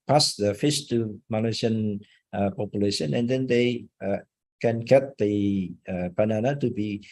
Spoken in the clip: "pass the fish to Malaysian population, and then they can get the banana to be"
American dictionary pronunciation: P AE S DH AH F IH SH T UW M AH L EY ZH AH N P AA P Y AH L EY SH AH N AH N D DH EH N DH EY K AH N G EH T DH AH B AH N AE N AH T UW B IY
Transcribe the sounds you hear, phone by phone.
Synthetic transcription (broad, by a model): P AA S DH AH F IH S T UW M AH L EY S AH N P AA P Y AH L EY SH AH N AH N D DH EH N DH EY K AH N G EH T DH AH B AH N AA N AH T UW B IY